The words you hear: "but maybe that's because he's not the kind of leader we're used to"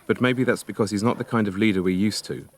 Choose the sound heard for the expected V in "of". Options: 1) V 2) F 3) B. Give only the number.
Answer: 1